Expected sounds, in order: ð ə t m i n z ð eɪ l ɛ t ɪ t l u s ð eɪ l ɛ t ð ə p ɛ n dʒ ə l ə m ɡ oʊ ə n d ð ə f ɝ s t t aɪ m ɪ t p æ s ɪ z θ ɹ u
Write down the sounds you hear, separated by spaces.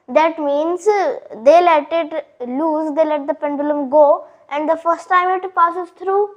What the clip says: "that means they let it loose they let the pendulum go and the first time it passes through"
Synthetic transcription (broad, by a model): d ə t m i n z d eɪ l ɛ t ɪ t l u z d eɪ l ɛ t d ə p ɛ n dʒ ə l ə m ɡ oʊ ə n d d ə f ɝ s t t aɪ m ɪ t p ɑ s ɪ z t ɹ u